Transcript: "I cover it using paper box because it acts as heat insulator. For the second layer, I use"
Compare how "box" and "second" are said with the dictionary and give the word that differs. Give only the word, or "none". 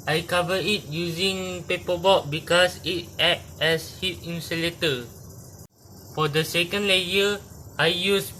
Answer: box